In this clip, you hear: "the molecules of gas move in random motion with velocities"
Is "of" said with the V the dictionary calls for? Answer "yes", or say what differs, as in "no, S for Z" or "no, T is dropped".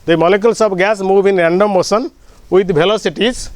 no, B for V